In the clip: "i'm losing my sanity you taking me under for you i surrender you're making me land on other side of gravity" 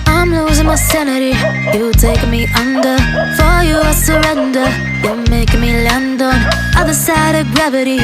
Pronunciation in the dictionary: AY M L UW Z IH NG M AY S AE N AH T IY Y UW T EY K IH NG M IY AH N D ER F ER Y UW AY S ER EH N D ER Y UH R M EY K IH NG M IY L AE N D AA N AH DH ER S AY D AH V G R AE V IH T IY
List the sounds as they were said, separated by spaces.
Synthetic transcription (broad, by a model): AY M L UW Z IH NG M AY S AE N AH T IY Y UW T EY IH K M IY AH N D ER F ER Y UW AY S ER EH N D ER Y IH M EY K IH NG M IY L AE N D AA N AH DH ER S AY D AH V G R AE V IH T IY